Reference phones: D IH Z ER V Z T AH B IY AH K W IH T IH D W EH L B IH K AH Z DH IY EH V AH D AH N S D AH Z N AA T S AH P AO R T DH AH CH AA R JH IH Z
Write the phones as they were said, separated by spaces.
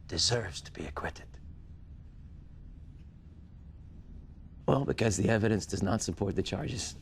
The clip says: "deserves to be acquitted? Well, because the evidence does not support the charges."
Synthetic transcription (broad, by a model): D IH Z ER V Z T AH B IY AH K W IH T IH D W EH L B IH K AH Z DH IY EH V AH D AH N S D AH Z N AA T S AH P AO R T DH AH CH AA R JH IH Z